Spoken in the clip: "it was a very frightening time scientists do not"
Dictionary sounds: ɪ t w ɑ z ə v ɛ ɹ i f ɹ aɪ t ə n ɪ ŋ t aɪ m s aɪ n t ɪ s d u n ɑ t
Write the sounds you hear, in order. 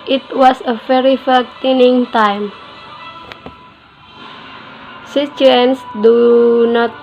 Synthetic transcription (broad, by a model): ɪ t w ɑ s ə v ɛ ɹ i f aɪ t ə n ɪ ŋ t aɪ m s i t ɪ s d u n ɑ t